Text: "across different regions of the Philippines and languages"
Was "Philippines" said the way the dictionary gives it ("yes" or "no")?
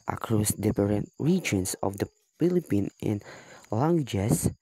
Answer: no